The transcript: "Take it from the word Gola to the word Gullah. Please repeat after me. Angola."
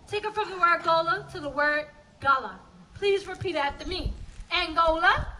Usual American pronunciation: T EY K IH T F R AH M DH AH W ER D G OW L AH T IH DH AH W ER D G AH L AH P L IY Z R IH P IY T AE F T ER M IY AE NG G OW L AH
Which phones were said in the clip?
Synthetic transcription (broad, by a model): T EY K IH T F R AH M DH AH W ER D G OW L AH T IH DH AH W ER D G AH L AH P L IY Z R IH P IY T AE T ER M IY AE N G OW L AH